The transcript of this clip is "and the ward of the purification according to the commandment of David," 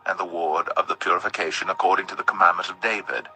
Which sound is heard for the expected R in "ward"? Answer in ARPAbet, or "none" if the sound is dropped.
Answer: R